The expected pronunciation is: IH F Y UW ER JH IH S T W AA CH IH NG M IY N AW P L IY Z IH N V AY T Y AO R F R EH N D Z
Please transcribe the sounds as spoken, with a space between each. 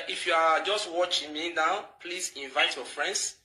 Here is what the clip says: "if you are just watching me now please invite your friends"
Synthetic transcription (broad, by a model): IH F Y UW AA JH IH S T W AA CH IH NG M IY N AW P L IY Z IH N V AY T Y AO F R EH N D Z